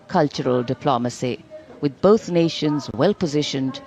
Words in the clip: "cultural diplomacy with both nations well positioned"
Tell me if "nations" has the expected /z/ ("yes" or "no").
yes